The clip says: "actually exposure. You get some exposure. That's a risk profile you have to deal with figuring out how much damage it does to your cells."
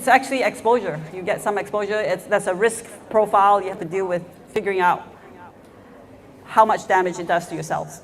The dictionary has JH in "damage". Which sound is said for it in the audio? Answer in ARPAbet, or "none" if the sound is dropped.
JH